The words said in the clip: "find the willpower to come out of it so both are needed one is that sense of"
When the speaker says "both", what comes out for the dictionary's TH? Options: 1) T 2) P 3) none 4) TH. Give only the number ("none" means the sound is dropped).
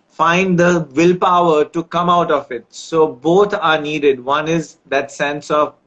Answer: 1